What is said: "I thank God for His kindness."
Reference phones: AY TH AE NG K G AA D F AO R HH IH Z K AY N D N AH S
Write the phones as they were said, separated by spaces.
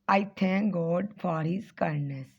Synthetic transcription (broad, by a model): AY T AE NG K G AA D F AO R HH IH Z K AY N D N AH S